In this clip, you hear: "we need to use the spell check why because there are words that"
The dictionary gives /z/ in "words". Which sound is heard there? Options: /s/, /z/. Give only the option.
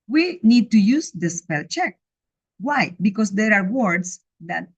/s/